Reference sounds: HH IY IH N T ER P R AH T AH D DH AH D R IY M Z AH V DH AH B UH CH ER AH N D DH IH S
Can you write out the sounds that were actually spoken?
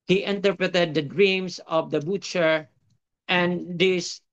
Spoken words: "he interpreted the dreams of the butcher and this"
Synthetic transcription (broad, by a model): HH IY IH N T ER P R AH T AH D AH D R IY M S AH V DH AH B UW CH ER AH N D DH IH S